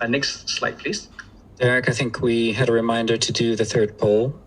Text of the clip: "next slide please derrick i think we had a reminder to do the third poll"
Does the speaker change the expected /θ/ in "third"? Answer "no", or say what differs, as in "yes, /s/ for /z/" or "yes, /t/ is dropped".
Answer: no